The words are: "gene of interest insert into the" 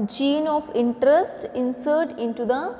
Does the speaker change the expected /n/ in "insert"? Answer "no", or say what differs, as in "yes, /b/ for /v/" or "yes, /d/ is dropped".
no